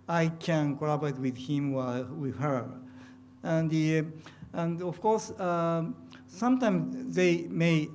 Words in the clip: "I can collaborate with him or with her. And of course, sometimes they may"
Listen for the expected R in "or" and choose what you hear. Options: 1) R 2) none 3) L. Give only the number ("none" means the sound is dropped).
3